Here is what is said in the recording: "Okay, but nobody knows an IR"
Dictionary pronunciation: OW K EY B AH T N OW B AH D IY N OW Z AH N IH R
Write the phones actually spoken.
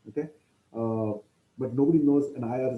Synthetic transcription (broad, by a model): OW K EY B AH T N OW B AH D IY N OW Z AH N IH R